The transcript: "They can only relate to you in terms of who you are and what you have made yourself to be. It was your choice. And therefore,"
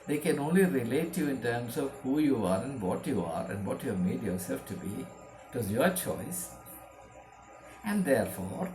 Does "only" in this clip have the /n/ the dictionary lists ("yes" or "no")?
yes